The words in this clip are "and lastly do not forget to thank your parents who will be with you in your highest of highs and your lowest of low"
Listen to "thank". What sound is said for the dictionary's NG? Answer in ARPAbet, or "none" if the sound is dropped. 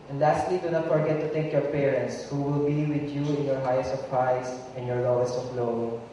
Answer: none